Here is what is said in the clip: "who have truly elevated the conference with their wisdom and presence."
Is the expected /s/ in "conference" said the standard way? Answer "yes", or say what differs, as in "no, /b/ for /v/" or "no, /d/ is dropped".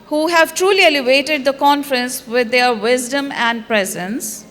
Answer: yes